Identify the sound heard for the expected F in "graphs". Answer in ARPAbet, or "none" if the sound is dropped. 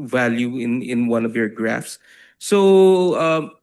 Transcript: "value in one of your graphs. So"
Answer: F